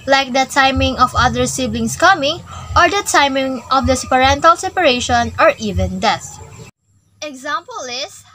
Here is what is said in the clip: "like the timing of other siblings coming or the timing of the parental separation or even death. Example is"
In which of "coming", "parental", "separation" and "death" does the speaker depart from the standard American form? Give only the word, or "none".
death